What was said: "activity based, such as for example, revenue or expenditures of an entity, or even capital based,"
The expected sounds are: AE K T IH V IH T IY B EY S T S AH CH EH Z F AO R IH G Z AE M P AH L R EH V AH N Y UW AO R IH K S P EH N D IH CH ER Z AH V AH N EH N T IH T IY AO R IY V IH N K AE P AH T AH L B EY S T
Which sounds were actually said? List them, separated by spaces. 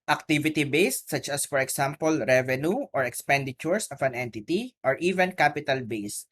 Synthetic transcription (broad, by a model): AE K T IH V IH T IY B EY S T S AH CH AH S F AO R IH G S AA M P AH L R EH V AH N Y UW AO R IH K S P EH N D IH CH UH S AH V AH N EH N T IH T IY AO R IY V IH N K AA P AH T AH L B EY S T